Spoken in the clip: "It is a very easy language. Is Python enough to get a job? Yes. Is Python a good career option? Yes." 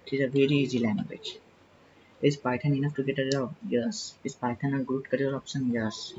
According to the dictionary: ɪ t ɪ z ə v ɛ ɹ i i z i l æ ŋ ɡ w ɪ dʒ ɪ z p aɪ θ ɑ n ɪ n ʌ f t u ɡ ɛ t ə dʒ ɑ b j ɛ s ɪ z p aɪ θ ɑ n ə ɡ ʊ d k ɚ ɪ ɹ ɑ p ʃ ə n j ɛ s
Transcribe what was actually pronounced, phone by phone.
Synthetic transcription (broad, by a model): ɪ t ɪ z ə v ɛ ɹ i i z i l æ ŋ ɡ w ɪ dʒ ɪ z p aɪ t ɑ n ɪ n ʌ f t u ɡ ɛ t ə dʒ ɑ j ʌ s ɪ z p aɪ t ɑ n ə ɡ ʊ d k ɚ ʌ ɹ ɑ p s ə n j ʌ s